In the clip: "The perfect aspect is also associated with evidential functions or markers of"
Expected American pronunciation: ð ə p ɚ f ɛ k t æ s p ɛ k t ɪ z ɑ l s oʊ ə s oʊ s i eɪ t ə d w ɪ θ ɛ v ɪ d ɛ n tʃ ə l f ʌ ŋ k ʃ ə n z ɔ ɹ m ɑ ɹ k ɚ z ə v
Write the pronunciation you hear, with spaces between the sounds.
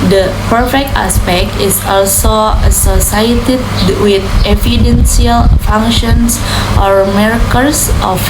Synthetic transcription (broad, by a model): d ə p ɚ f ɛ k t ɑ s p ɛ k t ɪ s ɑ l s oʊ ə s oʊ s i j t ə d w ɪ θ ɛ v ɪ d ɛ n s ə l f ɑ ŋ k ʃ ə n s ɔ ɹ m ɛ ɹ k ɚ s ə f